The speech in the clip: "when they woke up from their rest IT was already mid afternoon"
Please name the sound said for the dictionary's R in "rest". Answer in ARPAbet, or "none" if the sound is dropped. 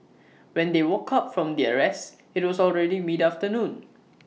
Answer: R